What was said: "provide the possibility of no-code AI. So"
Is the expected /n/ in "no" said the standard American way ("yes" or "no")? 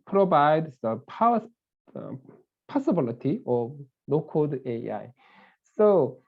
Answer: no